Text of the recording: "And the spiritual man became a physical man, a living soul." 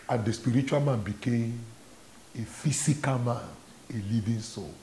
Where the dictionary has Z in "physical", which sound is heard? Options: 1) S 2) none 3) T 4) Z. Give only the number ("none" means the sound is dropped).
1